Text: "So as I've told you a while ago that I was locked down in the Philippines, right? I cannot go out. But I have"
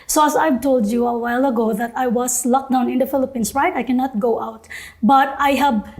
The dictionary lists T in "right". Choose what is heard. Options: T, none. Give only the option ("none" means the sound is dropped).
T